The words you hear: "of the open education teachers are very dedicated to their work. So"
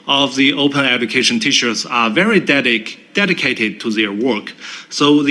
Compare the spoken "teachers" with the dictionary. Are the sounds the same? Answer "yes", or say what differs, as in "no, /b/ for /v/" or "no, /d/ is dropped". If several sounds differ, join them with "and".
no, /ʃ/ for /tʃ/ and /s/ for /z/